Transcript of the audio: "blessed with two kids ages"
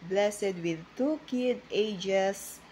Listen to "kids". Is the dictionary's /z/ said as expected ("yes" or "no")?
no